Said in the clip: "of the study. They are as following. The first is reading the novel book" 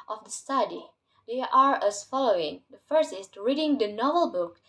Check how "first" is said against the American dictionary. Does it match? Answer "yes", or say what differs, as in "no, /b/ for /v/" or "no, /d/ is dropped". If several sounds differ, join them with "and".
no, /t/ is dropped